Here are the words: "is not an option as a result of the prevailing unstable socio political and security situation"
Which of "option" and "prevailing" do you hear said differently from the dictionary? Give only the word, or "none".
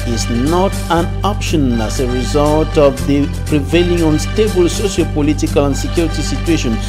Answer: none